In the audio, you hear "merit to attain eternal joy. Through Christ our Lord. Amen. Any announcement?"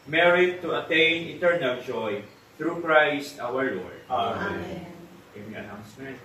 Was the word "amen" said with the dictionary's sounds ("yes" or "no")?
no